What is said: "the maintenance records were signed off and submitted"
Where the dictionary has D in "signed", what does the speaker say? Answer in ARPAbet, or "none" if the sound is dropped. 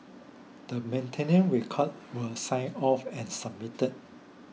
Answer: none